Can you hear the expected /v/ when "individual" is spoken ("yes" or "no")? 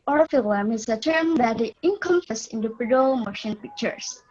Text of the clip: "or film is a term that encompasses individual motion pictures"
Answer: no